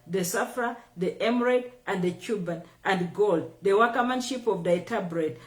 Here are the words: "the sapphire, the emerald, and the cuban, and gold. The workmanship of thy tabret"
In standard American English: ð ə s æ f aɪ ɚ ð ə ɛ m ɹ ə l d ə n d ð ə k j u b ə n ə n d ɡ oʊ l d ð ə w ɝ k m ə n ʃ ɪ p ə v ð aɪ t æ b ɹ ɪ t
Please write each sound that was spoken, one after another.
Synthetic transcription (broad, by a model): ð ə s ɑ f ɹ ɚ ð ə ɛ m ɹ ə d ə n d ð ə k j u b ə n ə n d ɡ oʊ l d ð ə w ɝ k m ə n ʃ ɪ p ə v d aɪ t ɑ b ɹ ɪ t